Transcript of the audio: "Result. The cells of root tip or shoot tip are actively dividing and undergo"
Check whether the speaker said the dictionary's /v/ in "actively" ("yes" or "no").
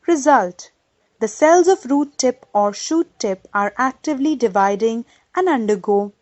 yes